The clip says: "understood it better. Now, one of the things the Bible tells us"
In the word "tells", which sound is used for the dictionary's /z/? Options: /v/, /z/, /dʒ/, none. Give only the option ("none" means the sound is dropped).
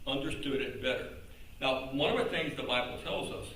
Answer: /z/